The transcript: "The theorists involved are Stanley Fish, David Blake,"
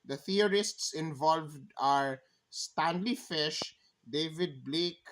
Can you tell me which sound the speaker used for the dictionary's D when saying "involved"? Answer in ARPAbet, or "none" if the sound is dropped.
D